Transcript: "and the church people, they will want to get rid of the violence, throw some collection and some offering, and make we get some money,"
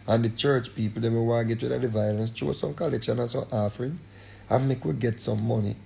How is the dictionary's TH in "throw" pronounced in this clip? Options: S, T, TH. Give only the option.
T